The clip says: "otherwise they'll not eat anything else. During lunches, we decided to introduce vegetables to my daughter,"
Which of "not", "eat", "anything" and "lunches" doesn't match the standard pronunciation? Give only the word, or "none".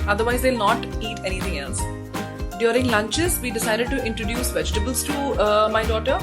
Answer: anything